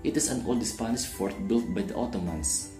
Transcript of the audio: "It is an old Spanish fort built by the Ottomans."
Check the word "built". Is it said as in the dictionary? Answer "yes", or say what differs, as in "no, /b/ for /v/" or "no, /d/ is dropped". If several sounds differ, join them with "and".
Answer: yes